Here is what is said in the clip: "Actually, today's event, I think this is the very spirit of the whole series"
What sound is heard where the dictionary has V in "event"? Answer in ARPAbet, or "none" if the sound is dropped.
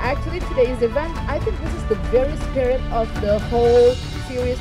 V